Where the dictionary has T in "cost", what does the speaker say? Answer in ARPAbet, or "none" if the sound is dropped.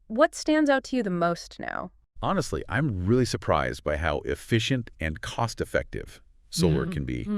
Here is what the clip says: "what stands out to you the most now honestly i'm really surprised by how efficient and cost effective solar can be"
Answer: T